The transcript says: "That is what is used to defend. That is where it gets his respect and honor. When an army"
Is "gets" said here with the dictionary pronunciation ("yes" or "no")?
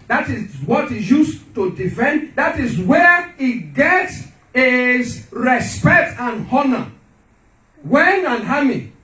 yes